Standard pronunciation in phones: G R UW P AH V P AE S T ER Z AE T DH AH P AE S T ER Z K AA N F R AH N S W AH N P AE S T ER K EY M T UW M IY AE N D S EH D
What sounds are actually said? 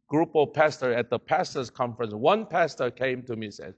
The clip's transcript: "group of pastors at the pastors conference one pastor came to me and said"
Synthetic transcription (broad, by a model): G R UW P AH P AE S T ER AE T DH AH P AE S T ER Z K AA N F R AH N S W AH N P AE S T ER K EY M T UW M IY S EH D